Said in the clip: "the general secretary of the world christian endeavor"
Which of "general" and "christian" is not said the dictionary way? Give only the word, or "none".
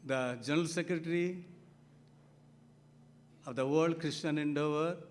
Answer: christian